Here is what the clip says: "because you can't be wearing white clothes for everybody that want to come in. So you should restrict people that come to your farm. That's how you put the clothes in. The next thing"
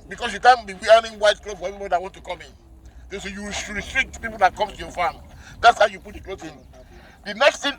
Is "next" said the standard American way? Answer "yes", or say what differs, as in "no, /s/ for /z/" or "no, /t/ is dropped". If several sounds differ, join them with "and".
yes